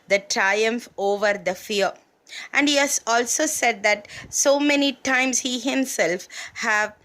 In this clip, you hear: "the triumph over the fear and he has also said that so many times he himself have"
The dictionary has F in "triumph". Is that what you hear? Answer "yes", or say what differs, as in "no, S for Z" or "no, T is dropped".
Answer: yes